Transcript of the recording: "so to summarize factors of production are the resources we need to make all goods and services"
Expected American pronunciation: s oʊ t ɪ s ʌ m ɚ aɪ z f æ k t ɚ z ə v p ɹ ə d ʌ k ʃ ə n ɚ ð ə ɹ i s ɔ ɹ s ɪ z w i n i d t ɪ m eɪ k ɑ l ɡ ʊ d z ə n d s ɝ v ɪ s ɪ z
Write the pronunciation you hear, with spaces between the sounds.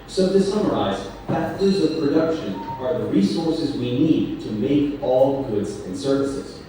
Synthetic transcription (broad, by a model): s oʊ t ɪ s ʌ m ɚ aɪ z p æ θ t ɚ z ə v p ɹ ə d ʌ k ʃ ə n ɚ ð ə ɹ i s ɔ ɹ s ɪ z w i n i d t ɪ m eɪ k ɑ l ɡ ʊ d z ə n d s ɝ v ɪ s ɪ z